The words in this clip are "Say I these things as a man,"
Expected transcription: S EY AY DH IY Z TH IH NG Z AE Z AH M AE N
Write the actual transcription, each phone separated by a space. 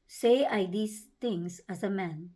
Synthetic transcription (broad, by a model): S EY AY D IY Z T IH NG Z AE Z AH M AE N